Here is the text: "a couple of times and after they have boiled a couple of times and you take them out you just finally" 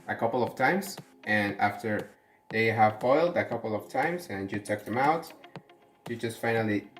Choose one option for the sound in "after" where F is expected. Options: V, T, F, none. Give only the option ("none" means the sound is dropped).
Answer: F